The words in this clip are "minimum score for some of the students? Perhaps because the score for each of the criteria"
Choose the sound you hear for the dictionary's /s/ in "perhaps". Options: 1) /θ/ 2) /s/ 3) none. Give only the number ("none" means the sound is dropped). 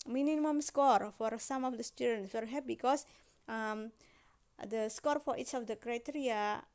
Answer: 3